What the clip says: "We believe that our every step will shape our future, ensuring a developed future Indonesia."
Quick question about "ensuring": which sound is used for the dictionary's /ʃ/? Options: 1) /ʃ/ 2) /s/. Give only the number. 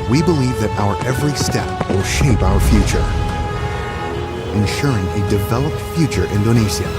1